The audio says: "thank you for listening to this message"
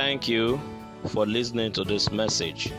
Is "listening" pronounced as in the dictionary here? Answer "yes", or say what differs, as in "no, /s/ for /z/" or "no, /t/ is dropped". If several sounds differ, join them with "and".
yes